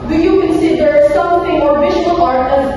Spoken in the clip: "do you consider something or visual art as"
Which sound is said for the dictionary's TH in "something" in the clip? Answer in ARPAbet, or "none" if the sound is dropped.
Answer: T